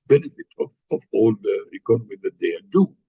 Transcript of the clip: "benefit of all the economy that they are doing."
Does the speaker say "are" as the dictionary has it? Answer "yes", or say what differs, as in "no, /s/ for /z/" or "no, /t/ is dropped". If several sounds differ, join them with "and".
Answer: no, /l/ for /ɹ/